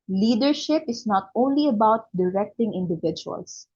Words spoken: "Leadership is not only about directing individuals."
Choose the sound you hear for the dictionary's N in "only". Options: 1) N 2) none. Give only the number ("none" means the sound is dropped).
1